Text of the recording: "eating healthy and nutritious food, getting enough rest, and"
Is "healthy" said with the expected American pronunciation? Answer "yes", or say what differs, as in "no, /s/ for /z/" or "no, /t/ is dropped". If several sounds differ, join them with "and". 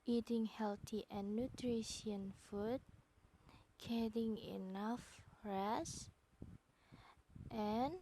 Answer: no, /t/ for /θ/